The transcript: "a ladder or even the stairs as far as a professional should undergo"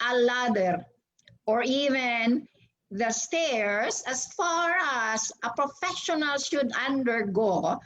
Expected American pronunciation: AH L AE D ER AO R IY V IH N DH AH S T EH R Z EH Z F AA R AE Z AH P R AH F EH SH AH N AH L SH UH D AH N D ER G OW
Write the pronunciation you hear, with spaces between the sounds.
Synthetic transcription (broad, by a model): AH L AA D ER AO R IY V IH N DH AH S T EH R S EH S F AA R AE S AH P R AH F EH SH AH N AH L SH UH D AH N D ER G OW